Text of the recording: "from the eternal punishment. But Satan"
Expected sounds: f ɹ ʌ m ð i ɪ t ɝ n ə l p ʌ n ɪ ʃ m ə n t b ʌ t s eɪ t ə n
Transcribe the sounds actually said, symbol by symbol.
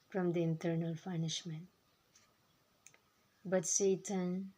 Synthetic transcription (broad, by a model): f ɹ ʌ m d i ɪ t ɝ n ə l f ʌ n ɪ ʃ m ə n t b ʌ t s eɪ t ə n